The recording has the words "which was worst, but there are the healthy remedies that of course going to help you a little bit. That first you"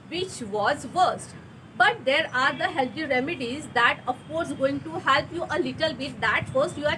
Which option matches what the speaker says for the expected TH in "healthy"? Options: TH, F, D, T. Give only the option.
T